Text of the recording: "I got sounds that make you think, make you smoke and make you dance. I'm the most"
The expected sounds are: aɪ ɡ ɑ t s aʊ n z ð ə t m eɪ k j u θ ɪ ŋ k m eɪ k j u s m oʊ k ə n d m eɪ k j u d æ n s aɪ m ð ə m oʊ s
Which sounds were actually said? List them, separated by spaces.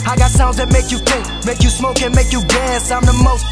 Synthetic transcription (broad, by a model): aɪ ɡ ɑ t s aʊ n z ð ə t m eɪ k j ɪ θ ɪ k m eɪ k j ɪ s m oʊ k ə n m eɪ k j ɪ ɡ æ s aɪ m ð ə m oʊ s